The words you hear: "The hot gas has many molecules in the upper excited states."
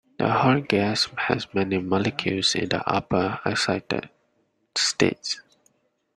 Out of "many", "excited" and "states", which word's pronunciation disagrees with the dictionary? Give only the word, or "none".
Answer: excited